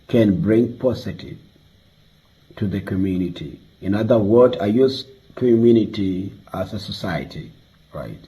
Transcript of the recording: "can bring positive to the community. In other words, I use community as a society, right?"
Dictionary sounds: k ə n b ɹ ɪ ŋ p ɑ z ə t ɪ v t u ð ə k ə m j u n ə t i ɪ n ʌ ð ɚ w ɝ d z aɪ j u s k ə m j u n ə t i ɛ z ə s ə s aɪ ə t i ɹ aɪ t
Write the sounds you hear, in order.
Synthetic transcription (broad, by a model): k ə n b ɹ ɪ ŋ p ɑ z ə t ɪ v t u ð ə k ə m j u n ə t i ɪ n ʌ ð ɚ w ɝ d aɪ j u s k ə m j u n ə t i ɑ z ə s ə s aɪ ə t i ɹ aɪ t